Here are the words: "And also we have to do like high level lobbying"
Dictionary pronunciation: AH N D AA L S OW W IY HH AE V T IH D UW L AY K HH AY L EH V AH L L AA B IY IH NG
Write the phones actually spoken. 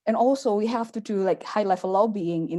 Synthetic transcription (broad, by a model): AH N AA L S OW W IY HH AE F T IH D UW L AY K HH AY L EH F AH L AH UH B IY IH NG